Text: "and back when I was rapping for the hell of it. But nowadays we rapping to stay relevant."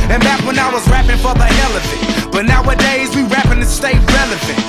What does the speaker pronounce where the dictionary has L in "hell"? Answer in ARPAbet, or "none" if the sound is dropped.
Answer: L